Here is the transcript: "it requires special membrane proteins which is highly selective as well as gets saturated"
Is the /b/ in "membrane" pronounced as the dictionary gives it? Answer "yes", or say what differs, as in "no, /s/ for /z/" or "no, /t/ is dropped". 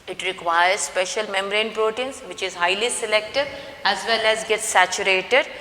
no, /b/ is dropped